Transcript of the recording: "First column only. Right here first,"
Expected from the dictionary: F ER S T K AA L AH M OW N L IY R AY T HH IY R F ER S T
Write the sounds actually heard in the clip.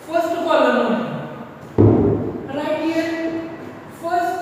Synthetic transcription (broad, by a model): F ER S T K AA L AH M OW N IY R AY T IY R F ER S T